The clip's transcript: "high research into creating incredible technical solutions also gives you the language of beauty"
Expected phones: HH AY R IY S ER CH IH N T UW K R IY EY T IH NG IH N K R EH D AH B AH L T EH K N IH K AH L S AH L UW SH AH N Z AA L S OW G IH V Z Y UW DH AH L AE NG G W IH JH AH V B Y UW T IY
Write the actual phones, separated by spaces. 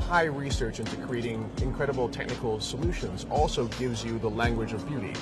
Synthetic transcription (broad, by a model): HH AY R IY S ER CH IH N T UW K R IY EY T IH NG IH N K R EH D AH B L T EH K N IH K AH L S AH L UW SH AH N Z AA L S OW G IH V Z Y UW DH AH L AE NG G W IH JH AH V B Y UW T IY